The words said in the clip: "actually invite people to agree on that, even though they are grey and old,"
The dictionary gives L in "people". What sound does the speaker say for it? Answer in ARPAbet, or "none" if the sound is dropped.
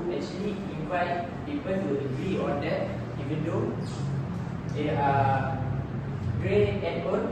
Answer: N